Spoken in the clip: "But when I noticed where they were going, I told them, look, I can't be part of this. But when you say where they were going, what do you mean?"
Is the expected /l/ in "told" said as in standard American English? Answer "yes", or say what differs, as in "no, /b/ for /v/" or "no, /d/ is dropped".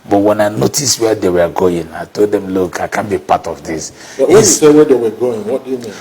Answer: yes